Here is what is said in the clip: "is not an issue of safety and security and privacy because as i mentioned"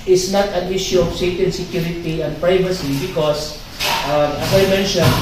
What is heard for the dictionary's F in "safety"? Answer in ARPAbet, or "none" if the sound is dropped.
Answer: none